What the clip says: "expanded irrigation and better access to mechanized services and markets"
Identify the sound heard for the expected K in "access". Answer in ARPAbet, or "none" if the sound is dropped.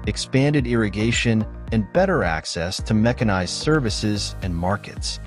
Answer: K